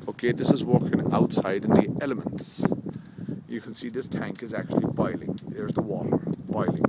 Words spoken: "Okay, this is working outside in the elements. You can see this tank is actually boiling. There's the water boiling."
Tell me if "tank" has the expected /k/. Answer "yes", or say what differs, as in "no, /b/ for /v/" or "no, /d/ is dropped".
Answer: yes